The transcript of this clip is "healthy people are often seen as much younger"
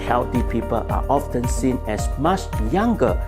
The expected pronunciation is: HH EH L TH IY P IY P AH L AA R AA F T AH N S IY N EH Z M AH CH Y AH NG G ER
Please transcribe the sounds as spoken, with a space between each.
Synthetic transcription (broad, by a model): HH EH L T IY P IY P AH L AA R AA F T AH N S IY N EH S M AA CH Y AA NG G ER